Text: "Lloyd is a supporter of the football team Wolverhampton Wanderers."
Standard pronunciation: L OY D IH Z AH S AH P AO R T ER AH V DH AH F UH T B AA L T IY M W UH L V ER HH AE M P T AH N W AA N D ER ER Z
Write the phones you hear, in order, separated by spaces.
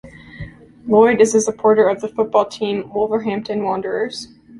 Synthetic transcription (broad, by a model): L OY D IH Z AH S AH P AO R T ER AH V DH AH F UH T B AA L T IY M W UH L V ER HH AE M P T AH N W AA N D ER ER Z